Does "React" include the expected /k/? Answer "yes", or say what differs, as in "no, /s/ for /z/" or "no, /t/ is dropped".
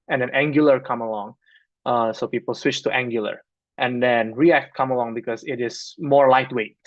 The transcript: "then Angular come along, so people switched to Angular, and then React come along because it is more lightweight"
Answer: yes